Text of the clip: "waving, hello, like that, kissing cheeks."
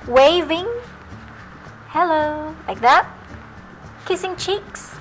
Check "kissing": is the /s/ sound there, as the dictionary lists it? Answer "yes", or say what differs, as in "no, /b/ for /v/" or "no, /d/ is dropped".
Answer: yes